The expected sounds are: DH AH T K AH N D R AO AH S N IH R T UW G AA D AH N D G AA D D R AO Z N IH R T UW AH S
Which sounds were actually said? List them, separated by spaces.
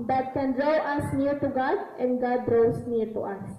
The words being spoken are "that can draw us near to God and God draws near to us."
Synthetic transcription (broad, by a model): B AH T K AH N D R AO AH S N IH R T UW G AA D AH N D G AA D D R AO S N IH R T UW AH S